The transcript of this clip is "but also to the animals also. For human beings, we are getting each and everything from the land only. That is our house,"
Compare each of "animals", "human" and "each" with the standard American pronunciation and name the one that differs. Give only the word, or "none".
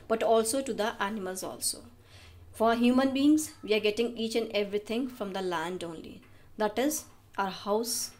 none